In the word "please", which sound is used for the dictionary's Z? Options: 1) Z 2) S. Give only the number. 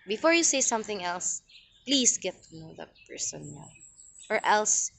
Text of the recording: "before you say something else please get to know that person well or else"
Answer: 2